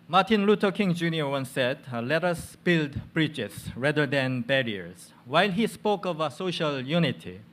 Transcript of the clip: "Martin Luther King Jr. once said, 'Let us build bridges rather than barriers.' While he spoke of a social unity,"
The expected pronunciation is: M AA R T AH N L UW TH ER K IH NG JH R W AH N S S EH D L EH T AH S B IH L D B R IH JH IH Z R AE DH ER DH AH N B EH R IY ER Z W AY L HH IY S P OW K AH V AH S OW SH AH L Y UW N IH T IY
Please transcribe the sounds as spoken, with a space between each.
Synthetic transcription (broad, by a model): M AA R T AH N L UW T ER K IH NG JH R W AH N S S EH D L EH T AH S B IH L D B R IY CH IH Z R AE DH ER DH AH N B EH R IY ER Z W AY L HH IY S P OW K AH V AH S OW SH AH L Y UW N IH T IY